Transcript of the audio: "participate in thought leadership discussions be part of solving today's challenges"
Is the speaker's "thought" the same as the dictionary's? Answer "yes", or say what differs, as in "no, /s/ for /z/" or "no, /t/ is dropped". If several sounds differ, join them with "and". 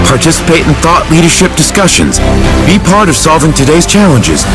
yes